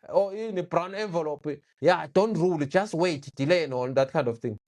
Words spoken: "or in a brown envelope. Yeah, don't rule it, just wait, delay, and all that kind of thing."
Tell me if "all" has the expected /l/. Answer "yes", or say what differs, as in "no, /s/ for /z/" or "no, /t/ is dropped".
no, /n/ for /l/